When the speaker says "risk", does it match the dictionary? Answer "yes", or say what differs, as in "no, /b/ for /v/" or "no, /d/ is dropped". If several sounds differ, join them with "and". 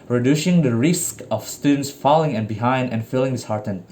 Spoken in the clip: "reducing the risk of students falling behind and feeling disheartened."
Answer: yes